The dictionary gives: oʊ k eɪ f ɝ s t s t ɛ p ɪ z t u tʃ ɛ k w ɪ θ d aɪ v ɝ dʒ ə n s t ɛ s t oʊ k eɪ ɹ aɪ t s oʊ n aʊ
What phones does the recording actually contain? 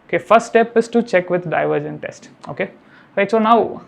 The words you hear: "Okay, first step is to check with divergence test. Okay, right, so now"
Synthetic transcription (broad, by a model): oʊ k eɪ f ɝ s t s t ɛ p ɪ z t u tʃ ɛ k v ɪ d d aɪ v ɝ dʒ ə n t ɛ s t oʊ k eɪ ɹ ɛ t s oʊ n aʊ